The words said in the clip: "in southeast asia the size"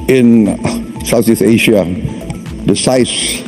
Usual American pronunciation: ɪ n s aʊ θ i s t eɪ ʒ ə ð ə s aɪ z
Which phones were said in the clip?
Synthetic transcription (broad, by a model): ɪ n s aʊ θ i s eɪ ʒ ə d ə s aɪ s